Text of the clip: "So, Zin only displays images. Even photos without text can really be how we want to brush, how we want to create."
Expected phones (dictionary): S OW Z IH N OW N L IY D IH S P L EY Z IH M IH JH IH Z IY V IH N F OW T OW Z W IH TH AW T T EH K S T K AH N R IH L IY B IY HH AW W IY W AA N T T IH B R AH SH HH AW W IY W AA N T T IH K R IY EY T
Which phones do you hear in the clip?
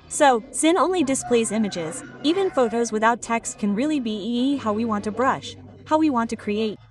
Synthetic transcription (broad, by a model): S OW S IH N OW N L IY D IH S P L EY Z IH M IH JH IH Z IY V IH N F OW T OW Z W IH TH AW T T EH K S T K AH N R IH L IY B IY HH AW W IY W AA N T T IH B R AH SH HH AW W IY W AA N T T IH K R IY EY T